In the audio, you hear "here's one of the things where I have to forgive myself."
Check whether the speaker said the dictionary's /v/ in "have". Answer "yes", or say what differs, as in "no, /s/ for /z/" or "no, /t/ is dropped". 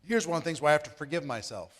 no, /f/ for /v/